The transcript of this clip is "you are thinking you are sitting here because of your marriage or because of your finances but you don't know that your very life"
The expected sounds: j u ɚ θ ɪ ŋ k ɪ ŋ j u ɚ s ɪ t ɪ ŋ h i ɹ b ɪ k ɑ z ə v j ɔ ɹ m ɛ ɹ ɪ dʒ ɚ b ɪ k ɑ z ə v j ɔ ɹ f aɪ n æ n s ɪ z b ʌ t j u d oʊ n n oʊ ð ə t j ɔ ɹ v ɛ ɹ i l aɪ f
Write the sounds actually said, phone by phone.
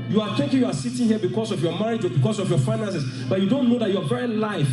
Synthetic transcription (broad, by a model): j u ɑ t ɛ k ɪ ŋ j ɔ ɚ s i t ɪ h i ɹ b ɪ k ɑ s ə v j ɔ m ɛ ɹ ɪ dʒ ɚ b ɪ k ɑ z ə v j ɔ f aɪ n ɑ n s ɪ s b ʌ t j u d oʊ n n oʊ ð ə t j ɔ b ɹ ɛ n l aɪ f